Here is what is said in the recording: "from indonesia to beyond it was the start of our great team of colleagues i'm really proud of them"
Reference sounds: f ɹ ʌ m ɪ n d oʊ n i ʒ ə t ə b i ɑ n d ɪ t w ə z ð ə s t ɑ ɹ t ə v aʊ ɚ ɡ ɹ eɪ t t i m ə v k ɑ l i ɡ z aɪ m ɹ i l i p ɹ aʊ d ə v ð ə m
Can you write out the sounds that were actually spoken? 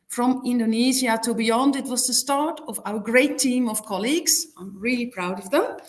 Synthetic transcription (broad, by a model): f ɹ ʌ m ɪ n d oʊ n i z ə t ə b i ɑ n d ɪ t w ə z ð ə s t ɑ ɹ t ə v aʊ ɚ ɡ ɹ eɪ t t i m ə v k ɑ l i ɡ z aɪ m ɹ i l i p ɹ aʊ d ə v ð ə m